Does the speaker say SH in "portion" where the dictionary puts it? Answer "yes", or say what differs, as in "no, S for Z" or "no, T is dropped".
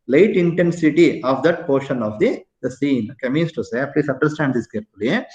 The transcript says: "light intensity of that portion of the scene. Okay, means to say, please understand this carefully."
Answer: yes